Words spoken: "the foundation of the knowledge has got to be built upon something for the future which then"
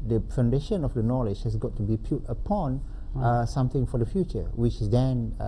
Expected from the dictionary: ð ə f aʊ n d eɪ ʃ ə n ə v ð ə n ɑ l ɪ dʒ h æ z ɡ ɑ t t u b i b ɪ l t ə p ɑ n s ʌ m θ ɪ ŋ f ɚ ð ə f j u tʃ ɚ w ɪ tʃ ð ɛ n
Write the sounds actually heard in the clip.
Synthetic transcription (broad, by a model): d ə f aʊ n d eɪ ʃ ə n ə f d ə n ɑ l ɪ dʒ h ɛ s ɡ ɑ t t u b i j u t ə p ɑ n s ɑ m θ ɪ ŋ f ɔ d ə f j u tʃ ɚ w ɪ tʃ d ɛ n